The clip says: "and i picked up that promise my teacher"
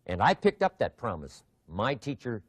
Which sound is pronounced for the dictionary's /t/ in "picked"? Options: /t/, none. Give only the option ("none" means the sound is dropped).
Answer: /t/